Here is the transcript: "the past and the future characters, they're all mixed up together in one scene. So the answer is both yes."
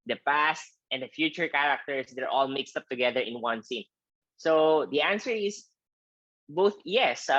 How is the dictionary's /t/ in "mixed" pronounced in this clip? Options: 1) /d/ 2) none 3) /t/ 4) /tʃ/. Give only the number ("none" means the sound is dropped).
3